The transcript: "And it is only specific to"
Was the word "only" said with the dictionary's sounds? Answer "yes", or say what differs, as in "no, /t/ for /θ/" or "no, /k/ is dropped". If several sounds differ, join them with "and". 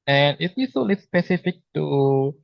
no, /n/ is dropped